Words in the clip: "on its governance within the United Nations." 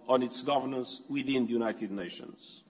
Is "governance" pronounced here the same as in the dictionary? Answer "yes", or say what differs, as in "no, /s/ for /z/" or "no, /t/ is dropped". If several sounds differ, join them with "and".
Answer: yes